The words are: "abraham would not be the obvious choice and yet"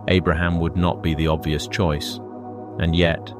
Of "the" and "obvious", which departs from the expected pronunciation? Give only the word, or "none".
none